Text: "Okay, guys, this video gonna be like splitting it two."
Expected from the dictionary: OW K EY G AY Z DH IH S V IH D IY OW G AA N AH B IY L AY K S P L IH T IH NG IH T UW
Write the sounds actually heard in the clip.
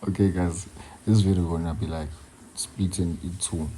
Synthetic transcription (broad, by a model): OW K EY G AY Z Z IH V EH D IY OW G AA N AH B IY L AY K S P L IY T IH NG IH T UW